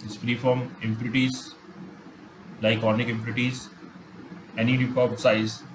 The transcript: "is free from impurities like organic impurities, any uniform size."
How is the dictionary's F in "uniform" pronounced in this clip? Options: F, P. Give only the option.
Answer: P